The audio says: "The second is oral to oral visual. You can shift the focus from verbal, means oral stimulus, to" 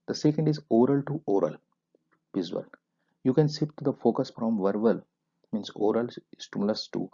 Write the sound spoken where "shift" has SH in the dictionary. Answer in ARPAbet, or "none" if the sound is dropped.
S